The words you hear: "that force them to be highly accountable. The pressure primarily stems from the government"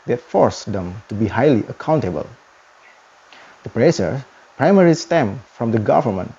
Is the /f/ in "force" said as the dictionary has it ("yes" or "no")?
yes